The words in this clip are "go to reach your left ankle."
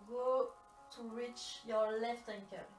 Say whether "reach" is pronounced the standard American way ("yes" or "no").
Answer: yes